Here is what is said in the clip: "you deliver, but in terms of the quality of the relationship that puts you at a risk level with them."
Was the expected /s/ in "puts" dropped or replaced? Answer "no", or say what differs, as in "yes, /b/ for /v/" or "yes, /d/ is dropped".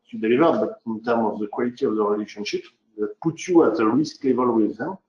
yes, /s/ is dropped